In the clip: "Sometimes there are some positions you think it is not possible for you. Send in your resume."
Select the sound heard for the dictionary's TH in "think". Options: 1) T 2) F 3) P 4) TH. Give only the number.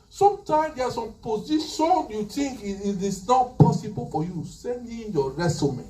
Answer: 1